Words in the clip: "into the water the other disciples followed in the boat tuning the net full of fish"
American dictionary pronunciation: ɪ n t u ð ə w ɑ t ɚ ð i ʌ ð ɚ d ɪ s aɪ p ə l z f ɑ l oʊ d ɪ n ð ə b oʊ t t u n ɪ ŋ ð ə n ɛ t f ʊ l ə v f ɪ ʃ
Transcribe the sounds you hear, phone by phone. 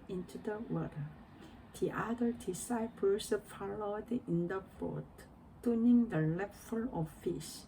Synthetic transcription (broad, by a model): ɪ n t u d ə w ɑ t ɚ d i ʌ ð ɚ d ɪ s aɪ p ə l s f ɑ l oʊ d ɪ n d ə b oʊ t t u n ɪ ŋ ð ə l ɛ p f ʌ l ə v f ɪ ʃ